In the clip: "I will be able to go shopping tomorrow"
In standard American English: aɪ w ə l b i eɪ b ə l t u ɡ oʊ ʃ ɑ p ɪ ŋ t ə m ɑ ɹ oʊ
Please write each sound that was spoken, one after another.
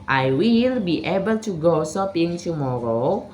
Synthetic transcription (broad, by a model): aɪ w ə l b i eɪ b ə l t u ɡ oʊ s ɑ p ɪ ŋ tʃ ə m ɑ ɹ oʊ